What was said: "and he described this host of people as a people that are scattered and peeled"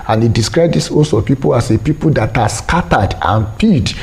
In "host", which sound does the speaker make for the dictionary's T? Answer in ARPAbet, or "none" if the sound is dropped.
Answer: none